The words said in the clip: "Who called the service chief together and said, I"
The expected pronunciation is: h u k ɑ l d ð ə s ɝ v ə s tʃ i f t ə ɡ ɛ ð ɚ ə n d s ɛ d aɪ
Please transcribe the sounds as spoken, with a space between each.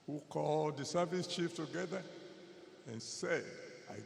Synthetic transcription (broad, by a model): h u k ɑ l d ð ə s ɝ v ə s tʃ i f t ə ɡ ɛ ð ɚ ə n s ɛ d aɪ